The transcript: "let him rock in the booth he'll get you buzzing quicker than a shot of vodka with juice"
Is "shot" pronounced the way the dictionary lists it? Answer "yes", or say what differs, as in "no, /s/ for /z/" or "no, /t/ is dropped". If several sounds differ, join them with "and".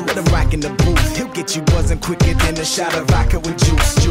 yes